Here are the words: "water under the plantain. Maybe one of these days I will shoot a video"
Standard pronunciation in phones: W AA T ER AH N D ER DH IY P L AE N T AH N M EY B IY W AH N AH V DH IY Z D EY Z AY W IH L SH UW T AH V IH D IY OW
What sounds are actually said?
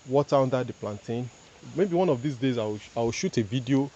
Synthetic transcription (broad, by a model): W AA T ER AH N D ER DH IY P L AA N T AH N M EY B IY W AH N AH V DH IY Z D EY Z AY W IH W SH UW T AH V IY D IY OW